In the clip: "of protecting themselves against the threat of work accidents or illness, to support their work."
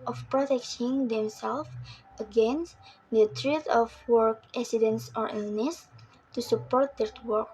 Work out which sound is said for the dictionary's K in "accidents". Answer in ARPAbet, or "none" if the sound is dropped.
none